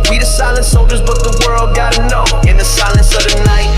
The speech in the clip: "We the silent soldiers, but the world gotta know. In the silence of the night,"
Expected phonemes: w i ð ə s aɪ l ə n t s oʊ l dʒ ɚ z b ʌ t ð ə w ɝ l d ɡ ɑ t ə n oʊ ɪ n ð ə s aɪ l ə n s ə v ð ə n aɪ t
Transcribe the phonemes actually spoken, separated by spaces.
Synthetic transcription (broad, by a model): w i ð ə s aɪ l ə n t s oʊ l dʒ ɚ z b ʌ t ð ə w ɝ l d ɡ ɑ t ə n oʊ ɪ n ð ə s aɪ l ə n s ə v ð ə n aɪ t